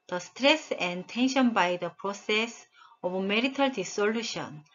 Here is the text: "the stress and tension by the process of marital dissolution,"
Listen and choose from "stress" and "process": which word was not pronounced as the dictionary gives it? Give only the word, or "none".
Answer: none